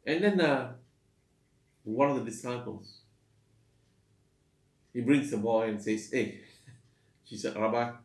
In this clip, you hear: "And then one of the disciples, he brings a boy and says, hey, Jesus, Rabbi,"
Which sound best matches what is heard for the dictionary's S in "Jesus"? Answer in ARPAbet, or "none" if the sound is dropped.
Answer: none